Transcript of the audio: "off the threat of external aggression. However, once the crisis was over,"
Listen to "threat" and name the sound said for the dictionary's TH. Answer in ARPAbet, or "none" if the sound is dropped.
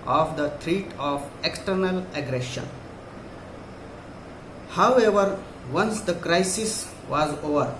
T